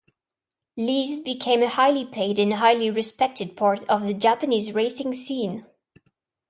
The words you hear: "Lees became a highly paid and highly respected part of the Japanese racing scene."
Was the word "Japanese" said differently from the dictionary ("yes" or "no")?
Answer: no